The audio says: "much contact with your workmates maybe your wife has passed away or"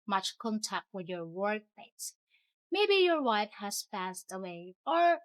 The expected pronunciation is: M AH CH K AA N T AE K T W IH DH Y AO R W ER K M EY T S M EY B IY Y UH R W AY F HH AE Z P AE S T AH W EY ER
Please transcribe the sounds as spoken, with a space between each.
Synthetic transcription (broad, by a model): M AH CH K AA N T AE K T W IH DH Y AO R W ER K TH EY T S M EY B IY Y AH R W AY F HH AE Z P AE S T AH W EY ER